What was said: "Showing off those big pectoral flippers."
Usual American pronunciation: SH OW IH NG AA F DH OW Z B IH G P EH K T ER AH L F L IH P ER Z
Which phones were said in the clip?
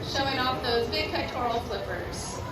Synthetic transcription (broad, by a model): SH OW IH NG AA F DH OW Z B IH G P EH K T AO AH L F L IH P ER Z